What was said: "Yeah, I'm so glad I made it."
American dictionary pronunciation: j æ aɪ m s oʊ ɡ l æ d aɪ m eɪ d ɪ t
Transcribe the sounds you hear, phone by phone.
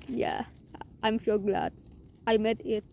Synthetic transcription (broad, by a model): j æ aɪ m ʃ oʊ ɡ l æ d aɪ m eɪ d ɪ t